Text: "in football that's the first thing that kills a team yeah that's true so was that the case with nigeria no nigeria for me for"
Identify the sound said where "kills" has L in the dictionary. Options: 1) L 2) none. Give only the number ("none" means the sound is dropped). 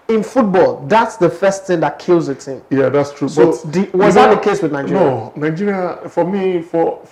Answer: 1